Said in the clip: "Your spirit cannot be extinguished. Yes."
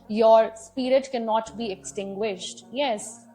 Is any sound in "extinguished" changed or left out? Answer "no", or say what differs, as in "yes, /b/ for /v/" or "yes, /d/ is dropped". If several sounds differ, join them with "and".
no